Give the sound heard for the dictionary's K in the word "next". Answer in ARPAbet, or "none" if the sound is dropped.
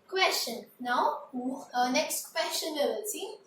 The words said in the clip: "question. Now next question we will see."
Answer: K